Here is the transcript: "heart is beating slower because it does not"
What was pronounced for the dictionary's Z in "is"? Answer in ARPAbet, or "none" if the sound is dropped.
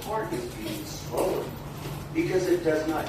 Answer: Z